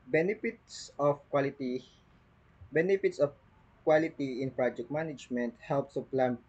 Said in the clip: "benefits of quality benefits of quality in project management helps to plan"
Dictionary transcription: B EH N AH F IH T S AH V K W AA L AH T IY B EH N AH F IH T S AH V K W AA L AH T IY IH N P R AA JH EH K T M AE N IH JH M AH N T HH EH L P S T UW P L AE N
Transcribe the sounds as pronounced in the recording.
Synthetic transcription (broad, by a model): B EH N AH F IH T S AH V K W AA L AH T IY B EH N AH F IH T S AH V K W AA L AH T IY IH N P R AA JH EH K T M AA N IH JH M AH N T HH EH L P S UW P L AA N